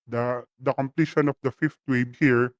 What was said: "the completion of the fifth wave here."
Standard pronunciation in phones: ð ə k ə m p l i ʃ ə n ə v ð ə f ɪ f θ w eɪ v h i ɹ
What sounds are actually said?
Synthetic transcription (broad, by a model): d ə k ə m p l i ʃ ə n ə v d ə f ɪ f t w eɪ b h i ɹ